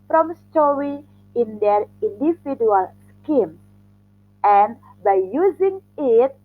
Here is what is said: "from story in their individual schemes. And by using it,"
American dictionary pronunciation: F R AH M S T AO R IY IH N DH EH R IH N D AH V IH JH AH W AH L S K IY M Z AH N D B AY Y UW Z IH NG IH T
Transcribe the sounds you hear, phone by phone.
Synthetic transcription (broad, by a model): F R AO M S T AO R IY IH N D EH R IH N D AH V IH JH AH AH L S K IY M AH N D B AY Y UW Z IH NG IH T